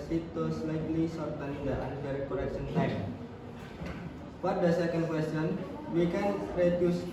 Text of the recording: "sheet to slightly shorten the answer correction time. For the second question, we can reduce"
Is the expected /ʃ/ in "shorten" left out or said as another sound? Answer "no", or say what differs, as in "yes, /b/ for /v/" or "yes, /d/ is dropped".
yes, /s/ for /ʃ/